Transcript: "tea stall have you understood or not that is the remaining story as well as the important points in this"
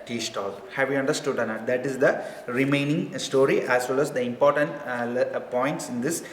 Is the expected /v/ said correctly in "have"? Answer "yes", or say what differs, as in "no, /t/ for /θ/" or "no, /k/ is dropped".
yes